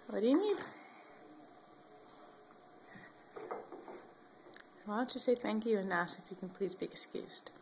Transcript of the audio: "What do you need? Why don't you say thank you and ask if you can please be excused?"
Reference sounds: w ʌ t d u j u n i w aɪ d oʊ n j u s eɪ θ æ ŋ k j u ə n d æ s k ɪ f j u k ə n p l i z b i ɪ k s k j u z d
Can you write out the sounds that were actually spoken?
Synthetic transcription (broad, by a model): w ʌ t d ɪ j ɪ n i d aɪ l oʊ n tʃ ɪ s eɪ θ æ ŋ k j u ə n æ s ɪ f j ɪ k n p l i z b i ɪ k s k j u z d